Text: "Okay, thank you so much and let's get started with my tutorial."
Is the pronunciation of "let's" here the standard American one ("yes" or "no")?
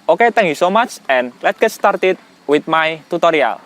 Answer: no